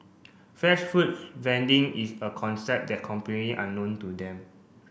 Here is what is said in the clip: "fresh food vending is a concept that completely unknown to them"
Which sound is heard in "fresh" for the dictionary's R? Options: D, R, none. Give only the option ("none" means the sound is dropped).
none